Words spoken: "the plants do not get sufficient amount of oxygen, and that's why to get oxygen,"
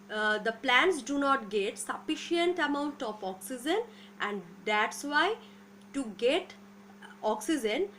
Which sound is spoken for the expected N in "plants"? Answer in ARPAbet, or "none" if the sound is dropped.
N